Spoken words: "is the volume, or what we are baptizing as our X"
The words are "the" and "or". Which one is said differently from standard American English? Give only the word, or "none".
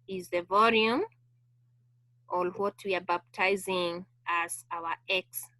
or